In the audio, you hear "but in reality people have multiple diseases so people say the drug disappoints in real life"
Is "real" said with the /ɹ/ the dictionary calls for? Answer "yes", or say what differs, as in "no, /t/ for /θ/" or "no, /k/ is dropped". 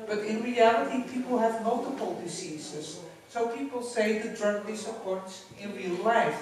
yes